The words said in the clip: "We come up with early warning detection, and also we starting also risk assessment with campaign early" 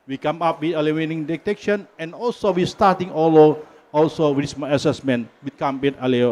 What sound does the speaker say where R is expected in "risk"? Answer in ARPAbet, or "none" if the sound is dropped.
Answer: W